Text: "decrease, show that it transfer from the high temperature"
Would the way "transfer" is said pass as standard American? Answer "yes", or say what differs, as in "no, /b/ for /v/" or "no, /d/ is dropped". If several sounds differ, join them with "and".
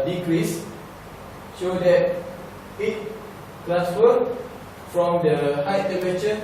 no, /n/ is dropped